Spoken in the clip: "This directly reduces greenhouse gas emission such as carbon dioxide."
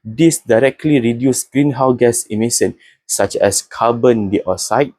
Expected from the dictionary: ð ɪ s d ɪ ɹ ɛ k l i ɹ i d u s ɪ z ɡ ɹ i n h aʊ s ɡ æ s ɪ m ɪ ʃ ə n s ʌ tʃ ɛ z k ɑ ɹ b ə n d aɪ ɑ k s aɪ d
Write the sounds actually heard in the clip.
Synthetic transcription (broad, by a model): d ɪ s d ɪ ɹ ɛ k l i ɹ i d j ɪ s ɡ ɹ i n h aʊ ɡ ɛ s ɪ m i s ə n s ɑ tʃ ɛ s k ɑ b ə n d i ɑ s aɪ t